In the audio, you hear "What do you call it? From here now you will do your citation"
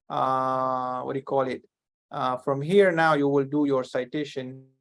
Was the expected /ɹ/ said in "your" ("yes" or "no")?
yes